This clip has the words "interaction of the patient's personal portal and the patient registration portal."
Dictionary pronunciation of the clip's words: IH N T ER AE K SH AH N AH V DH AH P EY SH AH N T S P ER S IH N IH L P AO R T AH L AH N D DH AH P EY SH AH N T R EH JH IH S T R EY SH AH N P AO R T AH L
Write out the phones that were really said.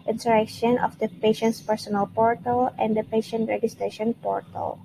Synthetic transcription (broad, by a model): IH N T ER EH K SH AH N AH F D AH P EY SH AH N T S P ER S IH N IH L P AO R T AH L AH N D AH P EY SH AH N T R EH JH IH S T R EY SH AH N P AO R T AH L